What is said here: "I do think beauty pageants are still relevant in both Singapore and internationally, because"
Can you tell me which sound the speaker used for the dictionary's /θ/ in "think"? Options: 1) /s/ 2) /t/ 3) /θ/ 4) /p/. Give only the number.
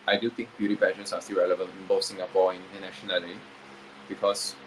2